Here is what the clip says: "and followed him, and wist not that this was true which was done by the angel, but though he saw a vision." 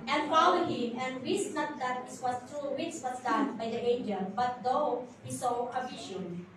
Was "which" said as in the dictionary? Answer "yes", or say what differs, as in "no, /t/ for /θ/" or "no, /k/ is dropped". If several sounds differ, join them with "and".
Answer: no, /s/ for /tʃ/